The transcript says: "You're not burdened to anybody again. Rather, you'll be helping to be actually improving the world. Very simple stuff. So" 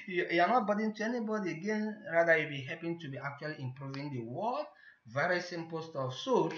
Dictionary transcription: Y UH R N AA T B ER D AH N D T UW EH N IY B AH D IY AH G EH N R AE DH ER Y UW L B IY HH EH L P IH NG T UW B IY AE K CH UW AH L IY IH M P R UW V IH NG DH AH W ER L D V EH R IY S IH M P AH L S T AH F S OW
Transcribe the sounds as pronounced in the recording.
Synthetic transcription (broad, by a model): Y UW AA N AA T B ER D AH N T UW EH N IY B AH D IY AH G EH N R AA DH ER Y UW B IY HH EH P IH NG T UW B IY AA K CH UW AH L IY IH M P R UW V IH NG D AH W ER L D V EH R IY S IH M P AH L S T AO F S OW